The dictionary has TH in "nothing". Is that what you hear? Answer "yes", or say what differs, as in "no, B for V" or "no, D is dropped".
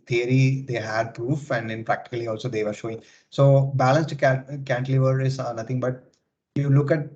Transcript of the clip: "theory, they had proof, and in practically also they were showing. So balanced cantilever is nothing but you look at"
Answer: no, T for TH